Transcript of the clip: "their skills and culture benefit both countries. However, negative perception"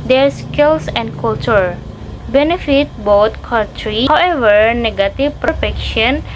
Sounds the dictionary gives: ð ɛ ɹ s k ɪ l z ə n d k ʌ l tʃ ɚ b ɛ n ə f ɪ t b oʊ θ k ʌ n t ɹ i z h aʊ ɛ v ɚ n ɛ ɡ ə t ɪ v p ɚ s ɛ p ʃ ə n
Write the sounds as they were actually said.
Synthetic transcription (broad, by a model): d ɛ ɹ s k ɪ l s ə n d k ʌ l tʃ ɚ b ɛ n ə f ɪ t b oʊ t k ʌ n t ɹ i h aʊ ɛ v ɚ n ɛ ɡ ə t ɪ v p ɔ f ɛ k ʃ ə n